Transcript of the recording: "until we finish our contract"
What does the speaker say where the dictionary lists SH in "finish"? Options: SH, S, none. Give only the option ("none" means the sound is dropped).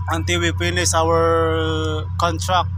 S